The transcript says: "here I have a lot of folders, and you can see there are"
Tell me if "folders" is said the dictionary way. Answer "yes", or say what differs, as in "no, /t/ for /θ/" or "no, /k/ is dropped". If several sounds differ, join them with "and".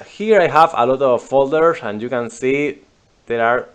no, /s/ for /z/